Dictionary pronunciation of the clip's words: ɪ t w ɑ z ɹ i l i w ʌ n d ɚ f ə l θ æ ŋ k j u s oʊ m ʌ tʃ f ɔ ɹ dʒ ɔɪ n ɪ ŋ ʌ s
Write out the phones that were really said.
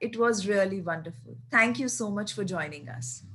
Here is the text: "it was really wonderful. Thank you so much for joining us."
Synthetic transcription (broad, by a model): ɪ t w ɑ z ɹ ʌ l i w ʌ n d ɚ f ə l t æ ŋ k j u s oʊ m ʌ tʃ f ɔ ɹ dʒ ɔɪ n ɪ ŋ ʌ s